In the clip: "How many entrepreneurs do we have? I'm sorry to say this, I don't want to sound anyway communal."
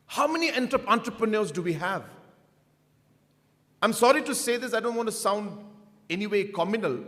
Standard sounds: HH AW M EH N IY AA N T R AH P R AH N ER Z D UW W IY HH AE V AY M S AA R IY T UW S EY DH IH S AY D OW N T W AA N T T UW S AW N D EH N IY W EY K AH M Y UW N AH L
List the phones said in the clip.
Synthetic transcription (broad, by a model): HH AW M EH N IY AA N T R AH P R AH N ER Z D UW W IY HH AE V AY M S AA R IY T UW S EY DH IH S AY D OW N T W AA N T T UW S AW N D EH N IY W EY K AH M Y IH N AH L